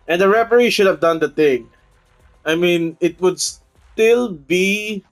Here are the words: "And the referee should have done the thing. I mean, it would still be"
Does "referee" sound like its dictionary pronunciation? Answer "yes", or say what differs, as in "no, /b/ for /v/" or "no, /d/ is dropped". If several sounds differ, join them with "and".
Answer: no, /p/ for /f/